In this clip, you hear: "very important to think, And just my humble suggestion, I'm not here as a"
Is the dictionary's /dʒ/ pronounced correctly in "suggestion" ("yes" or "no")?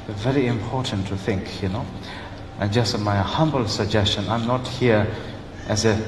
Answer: yes